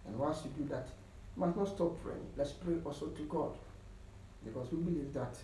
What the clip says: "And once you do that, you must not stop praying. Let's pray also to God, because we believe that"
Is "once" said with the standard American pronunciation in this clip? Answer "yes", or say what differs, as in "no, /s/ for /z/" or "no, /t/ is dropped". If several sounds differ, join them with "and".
no, /l/ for /n/